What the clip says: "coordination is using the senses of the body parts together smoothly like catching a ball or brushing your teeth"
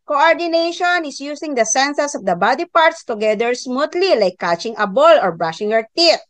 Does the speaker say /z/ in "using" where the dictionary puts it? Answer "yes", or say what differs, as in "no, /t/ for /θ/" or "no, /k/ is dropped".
no, /s/ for /z/